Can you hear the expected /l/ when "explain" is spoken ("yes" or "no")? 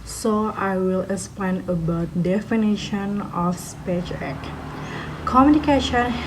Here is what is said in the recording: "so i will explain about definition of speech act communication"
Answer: no